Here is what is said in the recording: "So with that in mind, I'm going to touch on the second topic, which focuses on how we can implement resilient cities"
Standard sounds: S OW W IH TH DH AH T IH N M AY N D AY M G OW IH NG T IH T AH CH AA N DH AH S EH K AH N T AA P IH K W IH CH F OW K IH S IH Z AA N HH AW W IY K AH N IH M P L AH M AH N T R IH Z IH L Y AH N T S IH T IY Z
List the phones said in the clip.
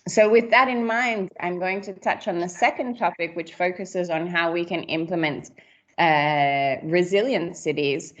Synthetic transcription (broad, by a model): S OW W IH DH AH T IH N M AY N D AY M G OW IH NG T IH T AH CH N DH AH S EH K AH N T AA P IH K W IH CH F OW K IH S IH Z N HH AW W IY K AH N IH M P L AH M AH N T R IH Z IH L Y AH N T S IH T IY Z